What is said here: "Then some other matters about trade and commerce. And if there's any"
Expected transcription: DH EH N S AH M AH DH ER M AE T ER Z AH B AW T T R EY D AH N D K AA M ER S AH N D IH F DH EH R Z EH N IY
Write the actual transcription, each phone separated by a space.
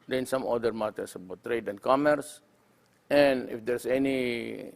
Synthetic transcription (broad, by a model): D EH N S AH M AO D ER M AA T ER S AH B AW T T R EY D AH N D K AA M ER S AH N IH F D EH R S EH N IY